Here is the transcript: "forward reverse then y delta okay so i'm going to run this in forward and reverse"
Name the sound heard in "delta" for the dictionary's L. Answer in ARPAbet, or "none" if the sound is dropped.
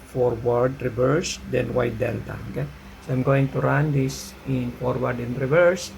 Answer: N